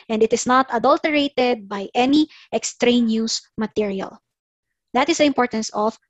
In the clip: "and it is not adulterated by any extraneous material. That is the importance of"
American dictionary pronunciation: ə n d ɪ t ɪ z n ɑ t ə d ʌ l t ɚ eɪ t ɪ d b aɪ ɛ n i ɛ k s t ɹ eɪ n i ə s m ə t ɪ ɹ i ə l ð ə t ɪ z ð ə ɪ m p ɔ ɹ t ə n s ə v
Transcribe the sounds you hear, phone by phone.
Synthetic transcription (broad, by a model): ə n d ɪ t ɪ s n ɑ t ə d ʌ l t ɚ eɪ t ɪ d b aɪ ɛ n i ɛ k s t ɹ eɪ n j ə s m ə t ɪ ɹ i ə l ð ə t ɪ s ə ɪ m p ɔ ɹ t ə n s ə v